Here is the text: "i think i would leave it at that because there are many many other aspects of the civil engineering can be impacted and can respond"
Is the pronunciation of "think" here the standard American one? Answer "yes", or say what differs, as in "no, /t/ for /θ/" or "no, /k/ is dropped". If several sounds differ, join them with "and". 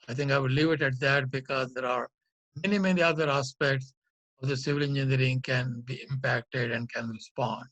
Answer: no, /t/ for /θ/